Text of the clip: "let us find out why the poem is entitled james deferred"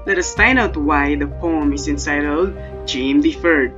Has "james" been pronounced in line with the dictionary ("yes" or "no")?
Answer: no